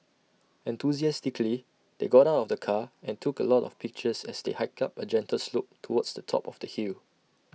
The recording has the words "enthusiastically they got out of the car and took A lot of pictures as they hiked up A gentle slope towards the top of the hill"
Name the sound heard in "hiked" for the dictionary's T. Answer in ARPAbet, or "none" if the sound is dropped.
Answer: none